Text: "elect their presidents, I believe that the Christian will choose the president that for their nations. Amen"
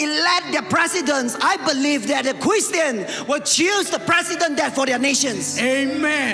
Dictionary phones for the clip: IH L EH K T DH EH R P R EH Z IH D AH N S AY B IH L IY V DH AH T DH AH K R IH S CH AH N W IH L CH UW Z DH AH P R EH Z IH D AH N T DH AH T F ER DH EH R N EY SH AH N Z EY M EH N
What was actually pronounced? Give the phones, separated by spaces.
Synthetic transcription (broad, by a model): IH L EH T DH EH P R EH S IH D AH N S AY B IH L IY V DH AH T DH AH K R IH S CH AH N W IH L CH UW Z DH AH P R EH S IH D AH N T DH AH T F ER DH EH N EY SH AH N S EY M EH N